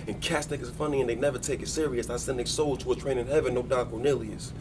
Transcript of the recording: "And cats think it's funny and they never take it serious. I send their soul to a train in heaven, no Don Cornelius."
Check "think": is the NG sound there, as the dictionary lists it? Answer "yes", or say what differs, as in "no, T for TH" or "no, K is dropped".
no, NG is dropped